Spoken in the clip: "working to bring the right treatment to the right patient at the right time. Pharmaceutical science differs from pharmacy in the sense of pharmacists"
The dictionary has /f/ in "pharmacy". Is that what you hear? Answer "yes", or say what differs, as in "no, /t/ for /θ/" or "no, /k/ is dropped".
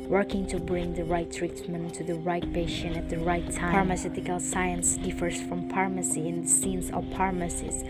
no, /p/ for /f/